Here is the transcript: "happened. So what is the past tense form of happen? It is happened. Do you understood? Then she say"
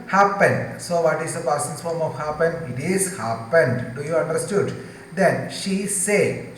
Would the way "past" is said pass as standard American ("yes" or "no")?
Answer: no